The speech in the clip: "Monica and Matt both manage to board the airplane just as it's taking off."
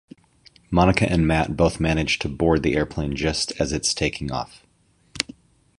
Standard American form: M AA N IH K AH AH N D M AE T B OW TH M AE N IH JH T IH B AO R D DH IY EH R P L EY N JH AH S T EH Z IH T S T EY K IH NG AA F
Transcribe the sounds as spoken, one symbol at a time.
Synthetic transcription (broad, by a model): M AA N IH K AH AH N M AE T B OW TH M AE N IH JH T IH B AO R D DH IY EH R P L EY N JH AH S T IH Z IH T S T EY K IH NG AA F